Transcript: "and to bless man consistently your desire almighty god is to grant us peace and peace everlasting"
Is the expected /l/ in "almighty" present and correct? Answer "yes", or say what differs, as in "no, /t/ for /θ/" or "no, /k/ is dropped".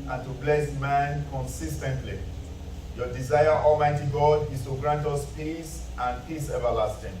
yes